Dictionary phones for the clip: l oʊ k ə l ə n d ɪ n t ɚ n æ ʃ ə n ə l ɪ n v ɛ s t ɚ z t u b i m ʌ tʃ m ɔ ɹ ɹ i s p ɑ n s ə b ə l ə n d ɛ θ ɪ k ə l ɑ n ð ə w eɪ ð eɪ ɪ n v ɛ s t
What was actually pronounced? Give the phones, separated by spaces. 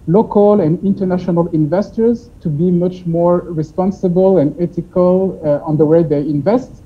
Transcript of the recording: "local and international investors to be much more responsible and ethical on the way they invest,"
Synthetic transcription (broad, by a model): l oʊ k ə l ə n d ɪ n t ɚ n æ ʃ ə n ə l ɪ n v ɛ s t ɚ z t u b i m ʌ tʃ m ɔ ɹ ɹ i s p ɑ n s ə b ə l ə n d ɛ t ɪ k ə l ɑ n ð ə w eɪ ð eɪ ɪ n v ɛ s t